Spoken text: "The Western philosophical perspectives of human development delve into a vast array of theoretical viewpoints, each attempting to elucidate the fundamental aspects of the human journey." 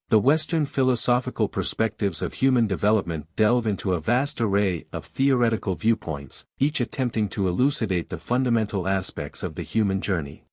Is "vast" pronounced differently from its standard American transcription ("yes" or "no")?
no